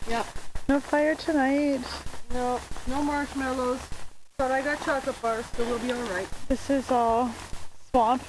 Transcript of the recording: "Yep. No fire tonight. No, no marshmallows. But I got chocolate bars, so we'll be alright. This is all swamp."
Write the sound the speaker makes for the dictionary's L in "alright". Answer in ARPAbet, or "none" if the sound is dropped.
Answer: L